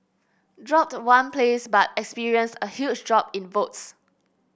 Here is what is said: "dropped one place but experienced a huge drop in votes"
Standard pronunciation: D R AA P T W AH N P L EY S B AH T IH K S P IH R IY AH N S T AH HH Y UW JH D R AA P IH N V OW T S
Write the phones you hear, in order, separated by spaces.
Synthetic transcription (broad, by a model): D R AA P T W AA N P L EY S B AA T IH K S P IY R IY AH N S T AH HH Y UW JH D R AA P IH N V OW T S